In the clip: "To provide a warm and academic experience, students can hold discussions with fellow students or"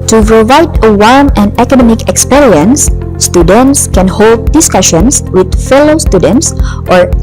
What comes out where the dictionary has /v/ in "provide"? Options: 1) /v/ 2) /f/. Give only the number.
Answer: 1